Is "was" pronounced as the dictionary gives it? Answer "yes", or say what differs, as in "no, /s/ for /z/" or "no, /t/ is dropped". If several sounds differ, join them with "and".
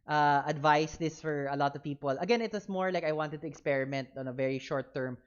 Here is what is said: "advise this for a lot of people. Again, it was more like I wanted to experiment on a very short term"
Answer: no, /s/ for /z/